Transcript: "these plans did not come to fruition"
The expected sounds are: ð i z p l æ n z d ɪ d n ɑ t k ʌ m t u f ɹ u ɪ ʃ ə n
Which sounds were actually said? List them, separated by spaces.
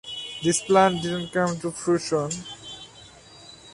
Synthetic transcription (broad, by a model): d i s p l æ n d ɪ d n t k ʌ m t u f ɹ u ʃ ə n